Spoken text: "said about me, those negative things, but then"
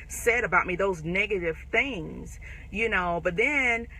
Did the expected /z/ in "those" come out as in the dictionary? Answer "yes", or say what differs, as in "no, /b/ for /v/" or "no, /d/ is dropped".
yes